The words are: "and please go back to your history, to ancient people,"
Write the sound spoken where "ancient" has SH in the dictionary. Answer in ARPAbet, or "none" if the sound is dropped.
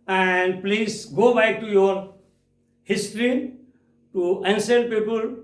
S